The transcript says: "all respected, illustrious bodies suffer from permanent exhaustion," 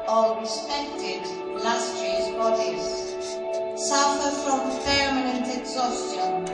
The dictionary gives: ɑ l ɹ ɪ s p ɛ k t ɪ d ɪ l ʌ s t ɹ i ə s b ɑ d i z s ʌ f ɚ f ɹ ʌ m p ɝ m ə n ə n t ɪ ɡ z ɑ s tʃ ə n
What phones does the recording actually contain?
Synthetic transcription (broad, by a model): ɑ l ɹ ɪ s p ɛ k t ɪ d l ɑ s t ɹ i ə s b ɑ d i z s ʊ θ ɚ f ɹ ʌ m f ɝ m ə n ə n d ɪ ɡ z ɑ s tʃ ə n